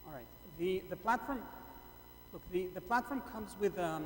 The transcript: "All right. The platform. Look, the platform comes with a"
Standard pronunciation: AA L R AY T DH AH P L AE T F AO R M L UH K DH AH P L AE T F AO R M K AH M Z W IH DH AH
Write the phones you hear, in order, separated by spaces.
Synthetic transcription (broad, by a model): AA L R AY T DH AH P L AE T F AO R M L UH K DH AH P L AE T F AO R M K AH M Z W IH DH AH